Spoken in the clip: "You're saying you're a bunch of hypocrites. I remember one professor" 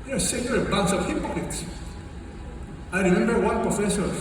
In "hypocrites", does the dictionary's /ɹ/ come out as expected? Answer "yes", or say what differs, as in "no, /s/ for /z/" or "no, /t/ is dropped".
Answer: no, /ɹ/ is dropped